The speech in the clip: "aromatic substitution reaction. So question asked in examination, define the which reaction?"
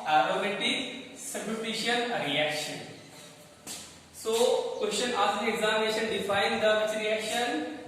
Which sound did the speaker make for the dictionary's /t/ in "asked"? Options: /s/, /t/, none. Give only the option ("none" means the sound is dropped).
none